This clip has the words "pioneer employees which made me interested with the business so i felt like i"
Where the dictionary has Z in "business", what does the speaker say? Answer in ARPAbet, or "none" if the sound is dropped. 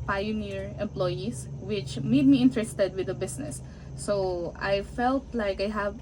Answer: S